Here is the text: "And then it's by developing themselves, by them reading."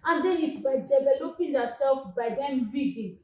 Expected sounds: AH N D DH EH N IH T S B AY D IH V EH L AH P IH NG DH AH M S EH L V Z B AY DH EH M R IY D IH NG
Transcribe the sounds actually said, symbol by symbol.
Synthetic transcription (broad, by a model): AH N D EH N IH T B AY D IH V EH L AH P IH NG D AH S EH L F B AY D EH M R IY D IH